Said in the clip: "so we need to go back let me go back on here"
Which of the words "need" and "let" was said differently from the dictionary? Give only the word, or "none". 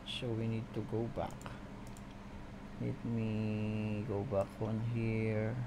let